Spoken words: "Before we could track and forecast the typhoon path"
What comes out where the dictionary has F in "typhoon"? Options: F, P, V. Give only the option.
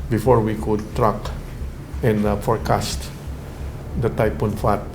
P